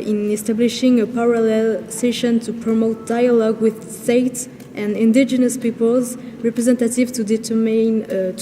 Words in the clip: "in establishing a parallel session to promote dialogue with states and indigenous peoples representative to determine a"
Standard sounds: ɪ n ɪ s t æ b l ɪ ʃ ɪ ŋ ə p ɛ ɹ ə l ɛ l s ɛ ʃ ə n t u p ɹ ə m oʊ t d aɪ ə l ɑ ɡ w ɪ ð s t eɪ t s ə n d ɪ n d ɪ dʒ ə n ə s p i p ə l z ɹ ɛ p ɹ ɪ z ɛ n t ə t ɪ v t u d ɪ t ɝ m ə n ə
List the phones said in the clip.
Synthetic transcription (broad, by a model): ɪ n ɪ s t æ b l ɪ ʃ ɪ ŋ ə p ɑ ɹ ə l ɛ l s ɛ ʃ ə n t u p ɹ ə m oʊ t d aɪ ə l ɑ ɡ w ɪ ð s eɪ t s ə n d ɪ n d ɪ dʒ ə n ə s p i p ə l z ɹ ɛ p ɹ ɪ z ɛ n t ə t ɪ v t u d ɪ t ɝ m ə n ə